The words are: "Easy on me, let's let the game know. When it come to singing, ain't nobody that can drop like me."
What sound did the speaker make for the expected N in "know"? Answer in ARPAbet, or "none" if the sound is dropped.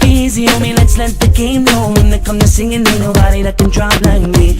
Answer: L